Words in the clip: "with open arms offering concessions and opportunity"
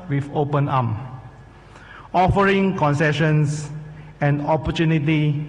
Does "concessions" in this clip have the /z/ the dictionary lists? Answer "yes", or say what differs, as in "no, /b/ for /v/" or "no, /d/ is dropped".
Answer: no, /s/ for /z/